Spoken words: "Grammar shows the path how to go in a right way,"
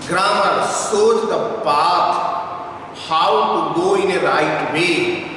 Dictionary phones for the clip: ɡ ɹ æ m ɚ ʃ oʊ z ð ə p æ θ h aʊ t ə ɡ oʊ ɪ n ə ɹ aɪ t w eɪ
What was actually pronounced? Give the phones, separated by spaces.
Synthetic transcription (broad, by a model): ɡ ɹ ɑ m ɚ s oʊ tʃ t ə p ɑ t h aʊ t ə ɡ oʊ ɪ n ə ɹ aɪ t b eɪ